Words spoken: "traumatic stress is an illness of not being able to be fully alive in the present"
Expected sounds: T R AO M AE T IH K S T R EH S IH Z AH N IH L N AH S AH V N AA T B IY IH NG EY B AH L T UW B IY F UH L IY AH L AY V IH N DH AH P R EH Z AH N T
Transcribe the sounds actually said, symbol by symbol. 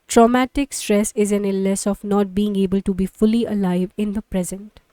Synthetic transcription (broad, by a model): T R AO M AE T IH K S T R EH S IH Z AH N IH L AH S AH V N AA T B IY IH NG EY B AH L T UW B IY F UH L IY AH L AY V IH N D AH P R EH Z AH N T